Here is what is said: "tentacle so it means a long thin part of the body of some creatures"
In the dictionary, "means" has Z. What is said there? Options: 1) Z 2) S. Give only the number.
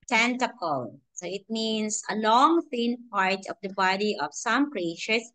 2